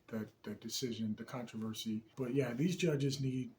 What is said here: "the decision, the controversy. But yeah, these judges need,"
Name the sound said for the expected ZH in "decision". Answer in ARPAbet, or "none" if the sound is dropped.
ZH